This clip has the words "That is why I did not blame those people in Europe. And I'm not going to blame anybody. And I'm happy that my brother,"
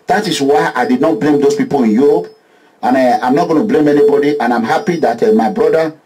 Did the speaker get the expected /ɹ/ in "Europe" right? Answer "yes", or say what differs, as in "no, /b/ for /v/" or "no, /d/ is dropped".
no, /ɹ/ is dropped